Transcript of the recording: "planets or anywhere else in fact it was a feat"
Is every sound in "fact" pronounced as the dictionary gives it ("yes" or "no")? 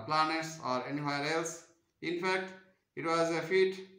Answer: yes